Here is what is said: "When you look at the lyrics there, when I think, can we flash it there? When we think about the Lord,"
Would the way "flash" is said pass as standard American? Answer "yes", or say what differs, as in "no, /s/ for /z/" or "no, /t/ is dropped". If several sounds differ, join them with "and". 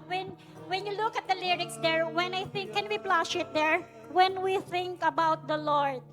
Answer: no, /p/ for /f/